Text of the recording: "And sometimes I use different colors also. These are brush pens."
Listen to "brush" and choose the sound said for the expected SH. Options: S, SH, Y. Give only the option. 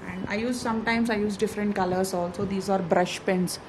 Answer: SH